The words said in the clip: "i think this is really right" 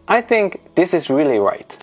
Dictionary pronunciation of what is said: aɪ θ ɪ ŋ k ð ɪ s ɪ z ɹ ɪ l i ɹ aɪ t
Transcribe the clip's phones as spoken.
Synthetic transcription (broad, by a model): aɪ θ ɪ ŋ k ð ɪ s ɪ z ɹ ɪ l i ɹ aɪ t